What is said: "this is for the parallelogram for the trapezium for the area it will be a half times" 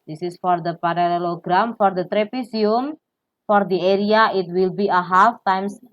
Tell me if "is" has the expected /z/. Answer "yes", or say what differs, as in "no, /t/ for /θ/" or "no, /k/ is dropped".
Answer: no, /s/ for /z/